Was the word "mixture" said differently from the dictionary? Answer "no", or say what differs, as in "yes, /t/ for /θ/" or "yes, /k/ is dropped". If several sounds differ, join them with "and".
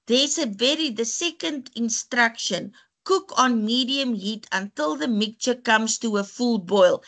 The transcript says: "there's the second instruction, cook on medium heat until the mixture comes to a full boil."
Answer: yes, /s/ is dropped